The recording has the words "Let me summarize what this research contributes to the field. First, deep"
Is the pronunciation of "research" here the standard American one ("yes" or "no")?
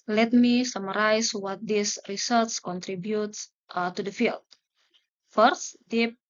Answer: no